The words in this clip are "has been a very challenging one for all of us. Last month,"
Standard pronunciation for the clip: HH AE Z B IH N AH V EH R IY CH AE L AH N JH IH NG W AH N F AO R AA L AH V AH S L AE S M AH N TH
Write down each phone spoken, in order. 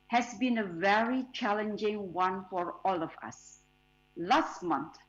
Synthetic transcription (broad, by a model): HH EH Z B IH N AH V EH R IY CH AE L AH N JH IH NG W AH N F AO R AA L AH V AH S L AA S M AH N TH